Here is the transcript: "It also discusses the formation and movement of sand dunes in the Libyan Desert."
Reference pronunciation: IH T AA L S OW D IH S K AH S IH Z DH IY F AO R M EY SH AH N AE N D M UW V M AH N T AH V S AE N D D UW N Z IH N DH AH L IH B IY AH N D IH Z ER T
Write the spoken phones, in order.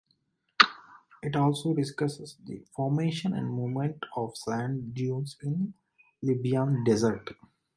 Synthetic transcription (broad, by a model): IH T AA L S OW D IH S K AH S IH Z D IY F AO R M EY SH AH N AE N D M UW M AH N T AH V S AE N D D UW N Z IH N L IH B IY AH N D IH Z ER T